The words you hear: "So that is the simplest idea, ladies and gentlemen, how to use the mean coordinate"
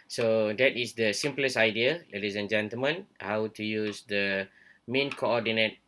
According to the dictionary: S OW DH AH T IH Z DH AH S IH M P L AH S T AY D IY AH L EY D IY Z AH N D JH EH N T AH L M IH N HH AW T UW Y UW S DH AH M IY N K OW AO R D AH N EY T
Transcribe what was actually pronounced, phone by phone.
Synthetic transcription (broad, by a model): S OW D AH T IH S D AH S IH M P L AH S AY D IY AH L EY D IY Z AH N JH EH N T AH L M IH N HH AW T UW Y UW S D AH M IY N K OW AO D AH N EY T